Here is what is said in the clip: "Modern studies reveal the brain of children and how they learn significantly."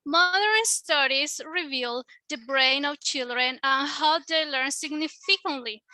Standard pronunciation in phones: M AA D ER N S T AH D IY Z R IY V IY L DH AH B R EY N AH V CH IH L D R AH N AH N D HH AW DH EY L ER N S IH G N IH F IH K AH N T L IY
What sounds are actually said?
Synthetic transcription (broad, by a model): M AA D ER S S T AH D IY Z R IY V IY L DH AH B R EY N AH V CH IH L D R AH N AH N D HH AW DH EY L ER N S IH G N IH F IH K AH N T L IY